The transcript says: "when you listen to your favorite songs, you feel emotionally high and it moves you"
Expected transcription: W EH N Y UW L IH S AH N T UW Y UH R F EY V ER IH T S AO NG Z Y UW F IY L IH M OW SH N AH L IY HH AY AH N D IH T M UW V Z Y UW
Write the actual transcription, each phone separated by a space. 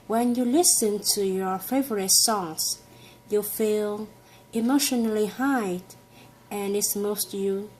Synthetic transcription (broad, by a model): W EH N Y UW L IH S AH N T UW Y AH R F EY V ER IH T S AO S Y UW F IY L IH M OW SH N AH L IY HH AY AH N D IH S M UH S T Y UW